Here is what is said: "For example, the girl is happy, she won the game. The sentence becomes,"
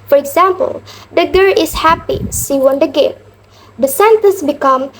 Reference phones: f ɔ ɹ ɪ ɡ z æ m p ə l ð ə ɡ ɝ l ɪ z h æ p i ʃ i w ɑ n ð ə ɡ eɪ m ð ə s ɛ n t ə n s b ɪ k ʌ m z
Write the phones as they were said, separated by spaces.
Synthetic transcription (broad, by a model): f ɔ ɹ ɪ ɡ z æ m p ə l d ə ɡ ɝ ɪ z h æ p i s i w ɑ n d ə ɡ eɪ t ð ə s ɛ n t ə n s b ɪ k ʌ m